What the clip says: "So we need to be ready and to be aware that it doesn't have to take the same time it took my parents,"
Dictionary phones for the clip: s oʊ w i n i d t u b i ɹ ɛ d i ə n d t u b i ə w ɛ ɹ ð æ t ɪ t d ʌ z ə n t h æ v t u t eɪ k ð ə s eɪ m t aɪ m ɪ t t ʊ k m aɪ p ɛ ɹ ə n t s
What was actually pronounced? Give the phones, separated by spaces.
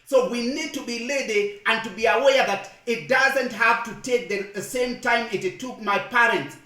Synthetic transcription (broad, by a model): s oʊ w i n i d t u b i l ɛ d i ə n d t u b i ə w ɛ ɹ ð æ t ɪ t d ʌ z ə n t h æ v t u t eɪ k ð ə s eɪ m t aɪ m ɪ t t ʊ k m aɪ p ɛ ɹ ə n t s